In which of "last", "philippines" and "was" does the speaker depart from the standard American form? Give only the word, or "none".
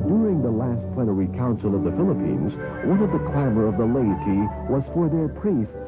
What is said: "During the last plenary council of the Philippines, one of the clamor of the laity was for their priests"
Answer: none